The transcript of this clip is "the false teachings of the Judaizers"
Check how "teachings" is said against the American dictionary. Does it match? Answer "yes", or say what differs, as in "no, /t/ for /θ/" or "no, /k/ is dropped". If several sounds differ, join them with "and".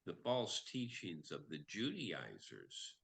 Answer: yes